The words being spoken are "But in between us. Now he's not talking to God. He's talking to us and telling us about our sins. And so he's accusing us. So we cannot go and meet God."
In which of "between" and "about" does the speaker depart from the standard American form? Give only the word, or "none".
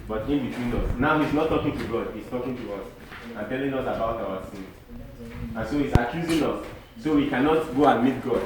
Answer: none